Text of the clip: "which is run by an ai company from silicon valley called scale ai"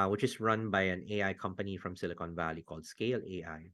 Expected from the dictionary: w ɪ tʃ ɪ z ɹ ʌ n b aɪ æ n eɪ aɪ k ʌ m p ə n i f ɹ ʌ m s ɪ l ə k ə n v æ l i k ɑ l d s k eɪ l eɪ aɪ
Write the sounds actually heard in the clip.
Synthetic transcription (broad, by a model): w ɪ tʃ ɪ s ɹ ʌ n b aɪ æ n eɪ aɪ k ʌ m p ə n i f ɹ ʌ m s ɪ l ə k ə n v æ l i k ɑ l d s k eɪ l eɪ aɪ